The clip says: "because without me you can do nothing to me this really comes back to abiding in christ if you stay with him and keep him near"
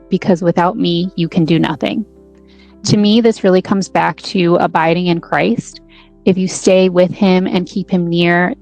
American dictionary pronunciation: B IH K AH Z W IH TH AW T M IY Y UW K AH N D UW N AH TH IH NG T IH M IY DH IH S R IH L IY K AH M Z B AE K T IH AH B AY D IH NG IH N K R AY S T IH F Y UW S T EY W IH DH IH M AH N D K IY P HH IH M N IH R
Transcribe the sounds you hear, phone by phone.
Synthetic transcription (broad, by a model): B IH K AH Z W IH TH AW T M IY Y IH K AH N D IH N AH TH IH NG T IH M IY DH IH S R IH L IY K AH M Z B AE K T IH AH B AY D IH NG IH N K R AY S T IH F Y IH S T EY W IH DH IH M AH N K IY P HH IH M N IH R